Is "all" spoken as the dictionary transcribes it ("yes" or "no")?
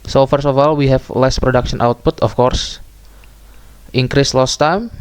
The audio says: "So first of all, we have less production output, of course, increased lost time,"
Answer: yes